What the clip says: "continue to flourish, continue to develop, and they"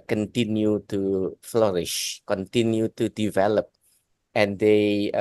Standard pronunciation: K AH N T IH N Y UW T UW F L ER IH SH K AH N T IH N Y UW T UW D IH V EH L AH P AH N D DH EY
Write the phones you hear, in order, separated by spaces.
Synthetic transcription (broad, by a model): K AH N T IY N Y UW T UW F L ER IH SH K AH N T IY N Y UW T UW D IH V EH L AH P AH N D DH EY